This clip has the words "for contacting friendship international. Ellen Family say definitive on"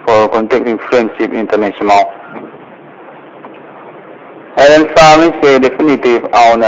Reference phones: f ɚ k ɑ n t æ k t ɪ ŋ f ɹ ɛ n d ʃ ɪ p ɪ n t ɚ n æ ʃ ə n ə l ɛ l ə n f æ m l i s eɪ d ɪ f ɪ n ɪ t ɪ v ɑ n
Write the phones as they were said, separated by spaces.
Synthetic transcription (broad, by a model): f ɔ k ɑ n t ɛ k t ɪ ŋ f ɹ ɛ n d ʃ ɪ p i n t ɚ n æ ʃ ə n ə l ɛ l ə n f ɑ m i s eɪ d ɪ f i n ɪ t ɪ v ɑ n